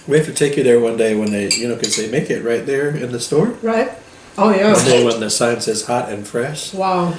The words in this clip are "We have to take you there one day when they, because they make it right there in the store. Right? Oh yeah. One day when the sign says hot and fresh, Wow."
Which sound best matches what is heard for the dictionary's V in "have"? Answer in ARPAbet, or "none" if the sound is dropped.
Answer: F